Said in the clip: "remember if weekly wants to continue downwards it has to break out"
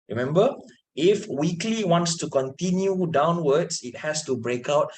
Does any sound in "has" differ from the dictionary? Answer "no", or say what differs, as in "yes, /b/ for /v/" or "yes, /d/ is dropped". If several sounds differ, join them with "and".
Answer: yes, /s/ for /z/